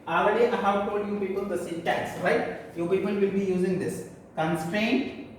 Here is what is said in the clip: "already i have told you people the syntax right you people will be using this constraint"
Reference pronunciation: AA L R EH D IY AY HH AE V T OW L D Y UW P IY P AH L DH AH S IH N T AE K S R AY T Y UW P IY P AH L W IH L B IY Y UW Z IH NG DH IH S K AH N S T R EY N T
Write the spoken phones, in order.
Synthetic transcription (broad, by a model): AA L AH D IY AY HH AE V T OW L D Y UW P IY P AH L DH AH S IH T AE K S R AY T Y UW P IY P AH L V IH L B IY Y UW Z IH NG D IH S K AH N S T R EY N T